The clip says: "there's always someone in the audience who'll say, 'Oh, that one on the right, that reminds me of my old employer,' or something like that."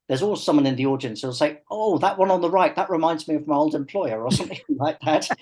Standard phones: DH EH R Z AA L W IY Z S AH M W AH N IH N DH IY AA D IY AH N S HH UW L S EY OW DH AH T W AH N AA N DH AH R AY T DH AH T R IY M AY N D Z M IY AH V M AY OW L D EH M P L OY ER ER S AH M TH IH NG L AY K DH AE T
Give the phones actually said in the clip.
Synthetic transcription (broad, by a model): DH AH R Z AA L S AH M W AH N IH N DH IY AA D IY AH N S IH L S EY OW DH AH T W AH N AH N DH AH R AY T DH AH T R IY M AY N D Z M IY AH V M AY OW L D EH M P L OY ER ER S AH M TH IH NG L AY K DH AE T